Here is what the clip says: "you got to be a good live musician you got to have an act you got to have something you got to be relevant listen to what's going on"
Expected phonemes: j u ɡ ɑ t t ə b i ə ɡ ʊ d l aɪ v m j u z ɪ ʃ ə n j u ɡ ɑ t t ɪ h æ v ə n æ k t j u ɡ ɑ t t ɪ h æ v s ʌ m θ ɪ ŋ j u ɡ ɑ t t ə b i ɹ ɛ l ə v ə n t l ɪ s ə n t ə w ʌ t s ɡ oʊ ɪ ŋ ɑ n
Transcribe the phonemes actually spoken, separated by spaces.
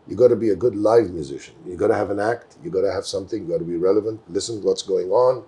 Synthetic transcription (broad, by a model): j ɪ ɡ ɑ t t ə b i ə ɡ ʊ d l aɪ v m j u z ɪ ʃ ə n j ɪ ɡ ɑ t t ɪ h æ v ə n æ k t j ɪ ɡ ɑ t t ɪ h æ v s ʌ m θ ɪ ŋ j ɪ ɡ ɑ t t ə b i ɹ ɛ l ə v ə n t l ɪ s ə n w ʌ t s ɡ oʊ ɪ ŋ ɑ n